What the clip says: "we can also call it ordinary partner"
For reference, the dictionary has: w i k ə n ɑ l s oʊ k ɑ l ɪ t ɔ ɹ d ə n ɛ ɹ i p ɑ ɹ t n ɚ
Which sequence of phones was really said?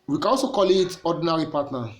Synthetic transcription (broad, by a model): w i k ə n ɑ l s oʊ k ɑ l ɪ t ɔ d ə n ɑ ɹ i p ɑ t n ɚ